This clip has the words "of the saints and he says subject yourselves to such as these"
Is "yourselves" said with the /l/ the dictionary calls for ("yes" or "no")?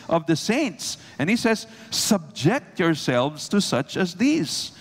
yes